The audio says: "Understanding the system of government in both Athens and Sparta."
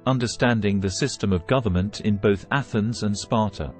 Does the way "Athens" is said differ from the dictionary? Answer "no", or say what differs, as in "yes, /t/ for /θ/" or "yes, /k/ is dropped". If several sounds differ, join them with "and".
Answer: no